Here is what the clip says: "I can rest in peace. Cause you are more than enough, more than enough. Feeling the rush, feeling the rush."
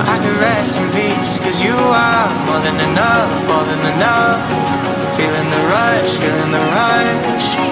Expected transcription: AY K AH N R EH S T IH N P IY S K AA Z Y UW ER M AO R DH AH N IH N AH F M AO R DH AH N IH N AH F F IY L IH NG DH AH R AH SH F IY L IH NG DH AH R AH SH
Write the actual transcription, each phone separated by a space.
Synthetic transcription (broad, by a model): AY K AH R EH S IH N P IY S K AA Z Y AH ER M AO R DH AH N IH N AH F M AO R DH AH N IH N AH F F IY L IH NG DH AH R AH SH F IY L IH NG DH AH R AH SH